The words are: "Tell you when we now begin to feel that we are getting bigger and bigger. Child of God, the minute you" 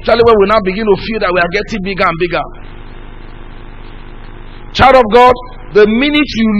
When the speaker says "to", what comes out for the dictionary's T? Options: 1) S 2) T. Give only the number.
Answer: 2